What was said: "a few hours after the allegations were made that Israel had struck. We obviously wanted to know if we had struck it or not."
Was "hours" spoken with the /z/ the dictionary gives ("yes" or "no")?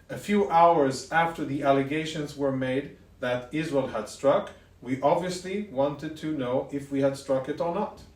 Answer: yes